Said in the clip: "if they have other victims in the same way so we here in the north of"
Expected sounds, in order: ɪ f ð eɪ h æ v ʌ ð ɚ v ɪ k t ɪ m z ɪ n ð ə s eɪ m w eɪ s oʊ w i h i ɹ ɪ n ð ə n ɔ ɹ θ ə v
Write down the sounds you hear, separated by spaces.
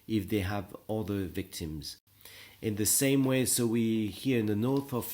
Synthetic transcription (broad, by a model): ɪ f ð eɪ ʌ v ʌ ð ɚ v ɪ k t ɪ m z ɪ n ð ə s eɪ m w eɪ s oʊ w i h i ɹ ɪ n ð ə n ɔ ɹ θ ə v